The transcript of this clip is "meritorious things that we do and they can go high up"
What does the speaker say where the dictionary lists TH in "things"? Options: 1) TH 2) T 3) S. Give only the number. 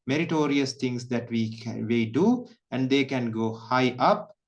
2